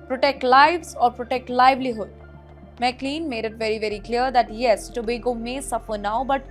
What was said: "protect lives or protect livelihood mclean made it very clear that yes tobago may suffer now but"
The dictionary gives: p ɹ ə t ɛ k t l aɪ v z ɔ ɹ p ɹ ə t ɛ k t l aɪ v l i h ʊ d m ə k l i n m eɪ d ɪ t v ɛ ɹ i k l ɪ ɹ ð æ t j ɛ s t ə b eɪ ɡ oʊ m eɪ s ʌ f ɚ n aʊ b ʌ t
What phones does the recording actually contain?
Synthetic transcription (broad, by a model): p ɹ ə t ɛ k t l aɪ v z ɔ ɹ p ɹ ə t ɛ k t l aɪ v l i h ʊ d m ə k l i n m eɪ d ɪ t v ɛ ɹ i k l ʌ ɹ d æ t j ɛ s t ə b eɪ ɡ oʊ m eɪ s ʌ f ɚ n aʊ b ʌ t